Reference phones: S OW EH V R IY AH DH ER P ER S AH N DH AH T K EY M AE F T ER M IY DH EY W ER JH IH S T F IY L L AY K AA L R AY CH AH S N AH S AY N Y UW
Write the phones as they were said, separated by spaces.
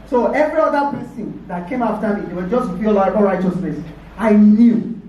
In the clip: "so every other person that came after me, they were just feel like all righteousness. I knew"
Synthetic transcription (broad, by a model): S OW EH V R IY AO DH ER P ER S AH N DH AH T K EY M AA F T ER M IY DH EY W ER JH IH S T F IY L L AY AA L R AY CH AH S N AH S AY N Y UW